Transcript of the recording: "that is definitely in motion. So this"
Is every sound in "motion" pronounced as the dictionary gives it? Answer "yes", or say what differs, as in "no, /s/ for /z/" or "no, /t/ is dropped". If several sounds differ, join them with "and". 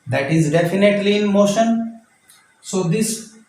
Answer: yes